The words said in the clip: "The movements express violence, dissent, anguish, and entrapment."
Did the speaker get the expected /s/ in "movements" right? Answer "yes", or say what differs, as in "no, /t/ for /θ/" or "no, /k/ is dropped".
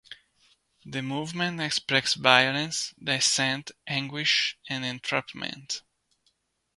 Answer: no, /s/ is dropped